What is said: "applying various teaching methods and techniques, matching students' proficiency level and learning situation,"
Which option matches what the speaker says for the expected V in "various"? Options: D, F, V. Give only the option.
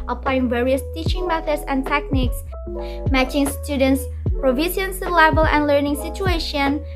V